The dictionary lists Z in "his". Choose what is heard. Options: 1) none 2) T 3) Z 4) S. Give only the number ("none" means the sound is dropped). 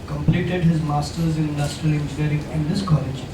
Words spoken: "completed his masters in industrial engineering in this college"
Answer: 3